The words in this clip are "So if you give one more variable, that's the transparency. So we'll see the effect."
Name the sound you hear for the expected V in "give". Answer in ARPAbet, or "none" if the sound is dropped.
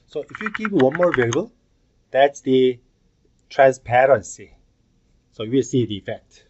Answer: P